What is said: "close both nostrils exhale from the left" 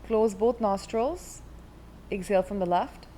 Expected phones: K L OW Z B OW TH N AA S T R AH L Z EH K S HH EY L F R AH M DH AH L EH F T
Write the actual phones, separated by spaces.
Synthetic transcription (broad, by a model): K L OW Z B OW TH N AA S T R AH L Z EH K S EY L F R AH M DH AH L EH F T